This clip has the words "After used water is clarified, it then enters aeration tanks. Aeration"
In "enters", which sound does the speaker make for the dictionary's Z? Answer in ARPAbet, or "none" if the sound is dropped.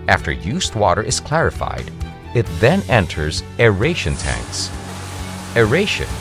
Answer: Z